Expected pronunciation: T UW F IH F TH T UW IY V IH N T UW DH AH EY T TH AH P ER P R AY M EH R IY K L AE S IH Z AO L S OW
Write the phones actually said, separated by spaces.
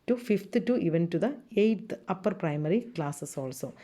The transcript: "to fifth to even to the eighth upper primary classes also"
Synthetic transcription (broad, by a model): T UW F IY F T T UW IY V IH N T UW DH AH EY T T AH P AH P R AY M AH R IY K L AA S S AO L S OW